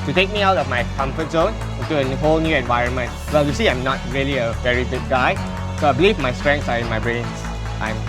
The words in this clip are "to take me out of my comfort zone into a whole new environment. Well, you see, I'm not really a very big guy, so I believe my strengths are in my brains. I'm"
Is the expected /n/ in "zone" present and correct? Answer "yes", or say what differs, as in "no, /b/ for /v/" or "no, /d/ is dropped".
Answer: yes